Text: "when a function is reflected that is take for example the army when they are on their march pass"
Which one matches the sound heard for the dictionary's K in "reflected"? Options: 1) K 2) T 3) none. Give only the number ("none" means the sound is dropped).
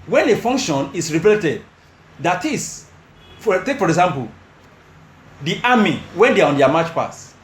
3